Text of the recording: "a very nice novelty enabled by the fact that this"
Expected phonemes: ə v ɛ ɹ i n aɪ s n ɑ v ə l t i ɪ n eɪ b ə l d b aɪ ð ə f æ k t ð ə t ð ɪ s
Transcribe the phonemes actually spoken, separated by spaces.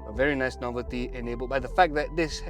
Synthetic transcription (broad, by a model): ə v ɛ ɹ i n aɪ s n ɑ v ə l t i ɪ n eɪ b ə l b aɪ ð ə f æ k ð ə t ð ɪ s